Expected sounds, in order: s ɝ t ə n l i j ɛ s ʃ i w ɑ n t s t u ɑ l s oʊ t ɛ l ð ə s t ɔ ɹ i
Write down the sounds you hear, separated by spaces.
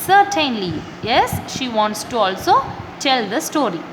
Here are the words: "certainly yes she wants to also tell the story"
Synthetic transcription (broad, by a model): s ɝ t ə n l i j ɛ s ʃ i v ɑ n t s t u ɑ l s oʊ t ɛ l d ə s t ɔ ɹ i